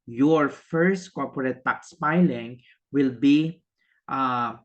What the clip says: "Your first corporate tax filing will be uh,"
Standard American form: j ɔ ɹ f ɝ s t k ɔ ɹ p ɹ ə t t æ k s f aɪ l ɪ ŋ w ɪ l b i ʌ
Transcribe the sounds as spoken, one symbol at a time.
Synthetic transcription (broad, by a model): j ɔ ɹ f ɝ s t k ɔ ɹ p ɹ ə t t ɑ k s p aɪ l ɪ ŋ w ɪ l b i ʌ